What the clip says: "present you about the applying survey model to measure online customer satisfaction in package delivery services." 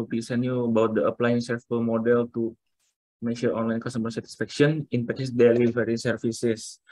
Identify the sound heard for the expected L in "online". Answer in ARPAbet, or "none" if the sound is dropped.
L